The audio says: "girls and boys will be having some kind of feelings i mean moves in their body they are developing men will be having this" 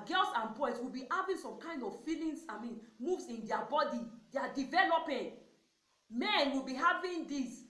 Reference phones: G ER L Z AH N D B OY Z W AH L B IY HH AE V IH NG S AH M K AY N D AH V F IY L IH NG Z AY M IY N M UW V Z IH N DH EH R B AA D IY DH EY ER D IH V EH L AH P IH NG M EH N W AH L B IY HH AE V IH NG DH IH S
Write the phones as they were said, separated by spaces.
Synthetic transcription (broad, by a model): G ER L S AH N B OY S W AH L B IY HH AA V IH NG S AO M K AY N D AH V F IY L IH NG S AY M IY N M UW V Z IH N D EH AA B AA D IY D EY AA D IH V EH L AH P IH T M EH N W AH L B IY HH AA V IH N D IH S